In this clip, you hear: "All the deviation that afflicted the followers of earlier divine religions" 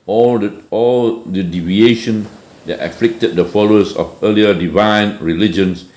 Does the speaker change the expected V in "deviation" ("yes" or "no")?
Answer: no